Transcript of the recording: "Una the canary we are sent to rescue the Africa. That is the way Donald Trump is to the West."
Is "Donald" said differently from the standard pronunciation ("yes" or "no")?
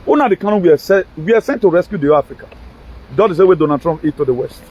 yes